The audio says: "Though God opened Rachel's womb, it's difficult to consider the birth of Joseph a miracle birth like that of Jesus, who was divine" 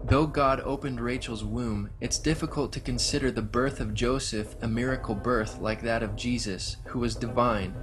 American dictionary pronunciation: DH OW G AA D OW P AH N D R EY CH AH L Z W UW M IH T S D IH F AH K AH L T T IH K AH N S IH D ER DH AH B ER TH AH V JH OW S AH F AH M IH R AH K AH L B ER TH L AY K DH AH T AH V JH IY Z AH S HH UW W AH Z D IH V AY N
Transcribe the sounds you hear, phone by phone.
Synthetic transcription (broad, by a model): DH OW G AA D OW P AH N D R EY CH L Z W UW M IH T S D IH F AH K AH L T T IH K AH N S IH D ER DH AH B ER TH AH V JH OW S AH F AH M IH R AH K L B ER TH L AY K DH AH T AH V JH IY Z AH S HH UW W AH Z D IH V AY N